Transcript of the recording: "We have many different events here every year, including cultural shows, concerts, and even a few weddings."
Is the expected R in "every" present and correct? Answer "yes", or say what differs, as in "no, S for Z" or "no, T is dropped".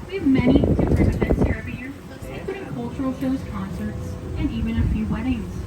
no, R is dropped